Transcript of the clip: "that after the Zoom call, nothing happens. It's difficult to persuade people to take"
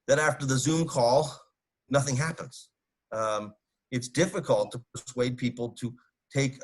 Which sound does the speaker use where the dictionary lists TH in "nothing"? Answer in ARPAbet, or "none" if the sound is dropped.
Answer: TH